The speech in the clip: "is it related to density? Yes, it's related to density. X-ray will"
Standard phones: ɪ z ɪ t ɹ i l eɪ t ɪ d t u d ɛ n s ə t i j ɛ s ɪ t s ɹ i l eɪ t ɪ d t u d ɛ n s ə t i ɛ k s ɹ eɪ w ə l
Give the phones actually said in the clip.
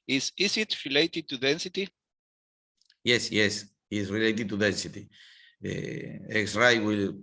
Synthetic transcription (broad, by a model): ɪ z ɪ t ɹ i l eɪ t ɪ d t u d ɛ n s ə t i j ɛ s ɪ s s ɹ i l eɪ t ɪ d t u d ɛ n s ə t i ɛ k s ɹ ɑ w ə l